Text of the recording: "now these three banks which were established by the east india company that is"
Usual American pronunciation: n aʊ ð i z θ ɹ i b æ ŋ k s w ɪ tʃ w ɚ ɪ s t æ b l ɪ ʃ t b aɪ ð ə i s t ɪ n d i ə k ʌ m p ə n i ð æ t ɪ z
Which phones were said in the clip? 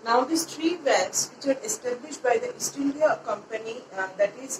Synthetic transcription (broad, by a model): n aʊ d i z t ɹ i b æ k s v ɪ tʃ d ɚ ɪ s t æ b l ɪ ʃ t b aɪ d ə i s t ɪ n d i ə k ʌ m p ə n i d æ t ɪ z